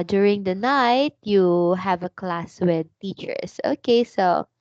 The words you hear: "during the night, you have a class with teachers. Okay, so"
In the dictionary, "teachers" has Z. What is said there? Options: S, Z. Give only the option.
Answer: S